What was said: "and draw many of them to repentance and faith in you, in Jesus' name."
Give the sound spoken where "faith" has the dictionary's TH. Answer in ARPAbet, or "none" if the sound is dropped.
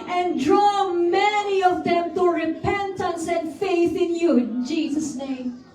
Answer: TH